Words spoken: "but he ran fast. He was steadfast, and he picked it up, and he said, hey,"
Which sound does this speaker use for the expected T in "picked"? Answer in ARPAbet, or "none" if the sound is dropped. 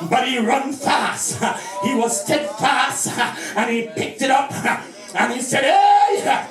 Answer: T